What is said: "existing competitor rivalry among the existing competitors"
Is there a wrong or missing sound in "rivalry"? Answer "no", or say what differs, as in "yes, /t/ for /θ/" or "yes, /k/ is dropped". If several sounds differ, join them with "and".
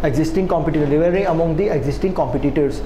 yes, /l/ is dropped